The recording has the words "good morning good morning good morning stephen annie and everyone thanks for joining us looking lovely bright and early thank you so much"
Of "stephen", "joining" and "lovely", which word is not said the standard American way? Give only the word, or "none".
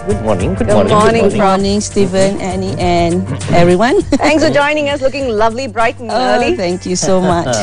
none